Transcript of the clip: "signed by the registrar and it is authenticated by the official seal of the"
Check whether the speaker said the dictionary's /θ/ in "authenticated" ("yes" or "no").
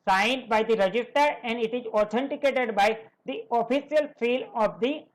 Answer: no